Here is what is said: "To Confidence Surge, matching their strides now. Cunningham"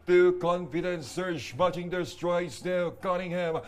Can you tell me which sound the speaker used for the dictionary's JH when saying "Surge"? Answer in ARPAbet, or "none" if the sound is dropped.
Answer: SH